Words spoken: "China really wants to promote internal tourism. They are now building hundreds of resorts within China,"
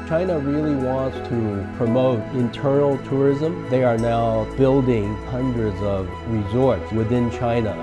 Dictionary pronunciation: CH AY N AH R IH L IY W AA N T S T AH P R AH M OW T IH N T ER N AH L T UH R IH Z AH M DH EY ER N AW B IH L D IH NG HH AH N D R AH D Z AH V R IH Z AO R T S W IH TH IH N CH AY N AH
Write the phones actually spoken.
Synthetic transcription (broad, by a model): CH AY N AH R IH L IY W AA N T S T AH P R AH M OW T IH N T ER N L T UH R IH Z AH M DH EY ER N AW B IH L D IH NG HH AH N D R AH D Z AH V R IH Z AO R T S W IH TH IH N CH AY N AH